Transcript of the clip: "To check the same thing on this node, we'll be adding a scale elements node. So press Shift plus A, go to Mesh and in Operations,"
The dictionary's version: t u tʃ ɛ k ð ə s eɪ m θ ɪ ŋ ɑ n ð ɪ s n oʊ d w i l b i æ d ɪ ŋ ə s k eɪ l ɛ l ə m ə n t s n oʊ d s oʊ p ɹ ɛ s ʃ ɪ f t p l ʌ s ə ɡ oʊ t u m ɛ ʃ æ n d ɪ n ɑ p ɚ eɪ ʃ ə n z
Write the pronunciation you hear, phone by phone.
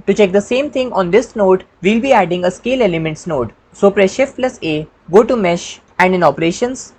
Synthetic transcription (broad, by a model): t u tʃ ɛ k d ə s eɪ m t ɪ ŋ ɑ n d ɪ s n oʊ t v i l b i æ d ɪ ŋ ə s k eɪ l ɛ l ə m ə n t s n oʊ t s oʊ p ɹ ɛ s ʃ ɪ f t l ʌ s ə ɡ oʊ t u m ɛ ʃ æ n d ɪ n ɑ p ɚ eɪ ʃ ə n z